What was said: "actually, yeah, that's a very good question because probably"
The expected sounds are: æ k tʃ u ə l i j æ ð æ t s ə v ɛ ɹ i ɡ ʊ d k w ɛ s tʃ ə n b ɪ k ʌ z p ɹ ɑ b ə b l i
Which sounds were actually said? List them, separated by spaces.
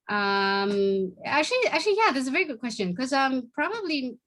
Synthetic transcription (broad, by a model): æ k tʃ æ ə l i j æ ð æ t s ə v ɛ ɹ i ɡ ʊ d k w ɛ s tʃ ə n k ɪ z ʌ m p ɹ ɑ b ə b l i